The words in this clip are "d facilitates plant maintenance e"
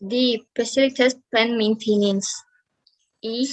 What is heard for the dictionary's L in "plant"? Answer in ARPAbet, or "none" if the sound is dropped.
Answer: none